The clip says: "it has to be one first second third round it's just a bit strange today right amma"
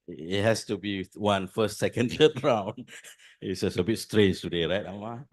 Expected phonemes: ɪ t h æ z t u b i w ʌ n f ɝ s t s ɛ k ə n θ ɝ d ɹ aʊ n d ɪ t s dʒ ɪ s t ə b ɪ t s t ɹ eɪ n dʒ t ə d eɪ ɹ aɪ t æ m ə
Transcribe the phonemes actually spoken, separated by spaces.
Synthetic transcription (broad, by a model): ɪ t h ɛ s t u b i w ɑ n f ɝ s t s ɛ k ə n t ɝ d ɹ aʊ n ɪ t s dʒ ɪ s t ə b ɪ t s t ɹ eɪ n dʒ t ə d eɪ ɹ aɪ t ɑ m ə